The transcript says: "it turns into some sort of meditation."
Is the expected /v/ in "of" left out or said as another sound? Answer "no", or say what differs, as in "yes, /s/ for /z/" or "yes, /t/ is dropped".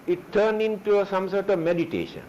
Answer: no